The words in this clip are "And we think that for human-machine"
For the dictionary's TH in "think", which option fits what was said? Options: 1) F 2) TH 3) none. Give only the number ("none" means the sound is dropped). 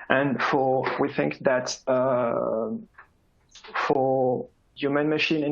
2